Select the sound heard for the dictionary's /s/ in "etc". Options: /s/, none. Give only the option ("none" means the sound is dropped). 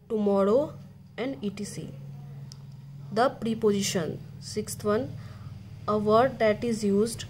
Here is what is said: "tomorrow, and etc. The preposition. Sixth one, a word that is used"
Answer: none